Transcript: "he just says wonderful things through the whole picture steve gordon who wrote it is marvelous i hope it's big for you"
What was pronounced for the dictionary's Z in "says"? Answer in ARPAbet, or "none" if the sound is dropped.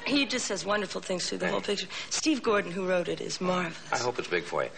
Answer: Z